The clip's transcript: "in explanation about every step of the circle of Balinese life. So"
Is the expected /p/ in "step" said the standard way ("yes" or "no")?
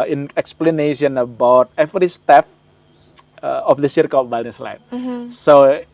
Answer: no